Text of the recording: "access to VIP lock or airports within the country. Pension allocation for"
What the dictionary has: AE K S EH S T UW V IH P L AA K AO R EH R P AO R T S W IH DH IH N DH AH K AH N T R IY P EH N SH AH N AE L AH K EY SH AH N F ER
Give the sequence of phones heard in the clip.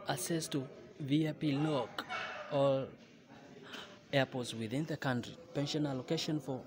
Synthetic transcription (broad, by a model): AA S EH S T UW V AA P L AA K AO L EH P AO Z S W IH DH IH N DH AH K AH N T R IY P EH N SH AH N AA L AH K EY SH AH N F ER